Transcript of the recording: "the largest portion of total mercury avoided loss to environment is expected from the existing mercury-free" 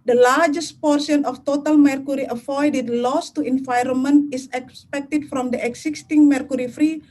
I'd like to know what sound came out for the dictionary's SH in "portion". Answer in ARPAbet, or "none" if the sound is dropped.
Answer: S